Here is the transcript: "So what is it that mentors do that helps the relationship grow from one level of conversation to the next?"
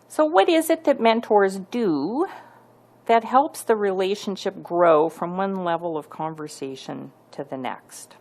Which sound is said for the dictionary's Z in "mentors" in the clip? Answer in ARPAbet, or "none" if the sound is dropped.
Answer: Z